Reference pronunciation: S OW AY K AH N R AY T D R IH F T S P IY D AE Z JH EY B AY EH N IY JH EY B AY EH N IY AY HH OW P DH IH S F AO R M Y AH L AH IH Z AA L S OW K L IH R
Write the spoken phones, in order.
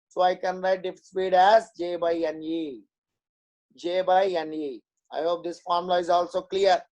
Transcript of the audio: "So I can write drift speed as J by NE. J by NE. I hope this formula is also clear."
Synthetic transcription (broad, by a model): S OW AY K AH N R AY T D IH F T S P IY D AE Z JH EY B AY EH N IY JH EY B AY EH N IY AY HH OW P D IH S F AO R M L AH IH Z AA L S OW K L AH R